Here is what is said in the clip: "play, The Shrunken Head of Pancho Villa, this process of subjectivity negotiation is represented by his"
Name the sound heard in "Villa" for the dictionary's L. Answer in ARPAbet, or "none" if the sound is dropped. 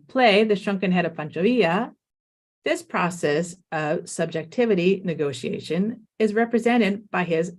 none